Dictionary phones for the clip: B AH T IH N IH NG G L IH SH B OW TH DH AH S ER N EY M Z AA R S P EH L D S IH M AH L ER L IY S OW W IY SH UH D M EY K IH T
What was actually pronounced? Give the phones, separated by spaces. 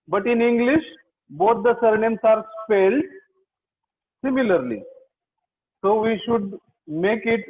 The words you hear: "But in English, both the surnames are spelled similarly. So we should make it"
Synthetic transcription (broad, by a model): B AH T IH N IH NG G L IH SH B OW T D AH S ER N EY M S AA R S F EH L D S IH M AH L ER L IY S OW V IY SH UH D M EY K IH T